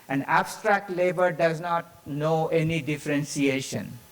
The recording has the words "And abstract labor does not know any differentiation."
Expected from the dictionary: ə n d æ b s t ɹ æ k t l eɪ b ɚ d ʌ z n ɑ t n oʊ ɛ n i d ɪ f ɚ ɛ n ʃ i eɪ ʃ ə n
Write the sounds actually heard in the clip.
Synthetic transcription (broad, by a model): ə n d æ b s t ɹ æ k t l eɪ b ɚ d ʌ z n ɑ t n oʊ ɛ n i d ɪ f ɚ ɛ n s i eɪ ʃ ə n